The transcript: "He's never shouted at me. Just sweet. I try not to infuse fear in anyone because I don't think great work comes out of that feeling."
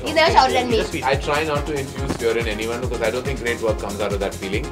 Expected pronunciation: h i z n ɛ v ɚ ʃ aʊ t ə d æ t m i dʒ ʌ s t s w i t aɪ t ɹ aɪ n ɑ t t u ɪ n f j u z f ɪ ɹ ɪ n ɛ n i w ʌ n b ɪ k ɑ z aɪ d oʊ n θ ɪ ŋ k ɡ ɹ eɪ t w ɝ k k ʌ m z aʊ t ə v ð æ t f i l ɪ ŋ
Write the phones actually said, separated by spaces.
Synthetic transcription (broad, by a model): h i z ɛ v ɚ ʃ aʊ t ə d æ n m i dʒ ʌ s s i aɪ t ɹ aɪ n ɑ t t u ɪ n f j u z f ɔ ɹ ɪ n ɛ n i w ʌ n b ɪ k ɑ z aɪ d oʊ n t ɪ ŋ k ɡ ɹ eɪ t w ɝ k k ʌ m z aʊ t ə v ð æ t f i l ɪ ŋ